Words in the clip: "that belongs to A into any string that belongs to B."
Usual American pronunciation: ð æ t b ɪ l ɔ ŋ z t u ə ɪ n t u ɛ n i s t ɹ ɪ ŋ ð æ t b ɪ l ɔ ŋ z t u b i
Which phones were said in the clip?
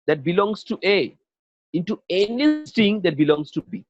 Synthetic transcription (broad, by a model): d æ t b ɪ l ɔ ŋ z t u ə ɪ n t u ɛ n i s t ɪ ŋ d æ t b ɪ l ɔ ŋ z t u b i